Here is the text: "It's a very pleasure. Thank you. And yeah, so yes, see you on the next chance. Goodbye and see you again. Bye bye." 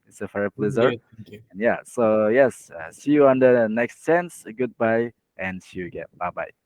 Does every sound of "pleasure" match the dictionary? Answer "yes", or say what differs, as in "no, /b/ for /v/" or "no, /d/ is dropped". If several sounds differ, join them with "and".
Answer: no, /z/ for /ʒ/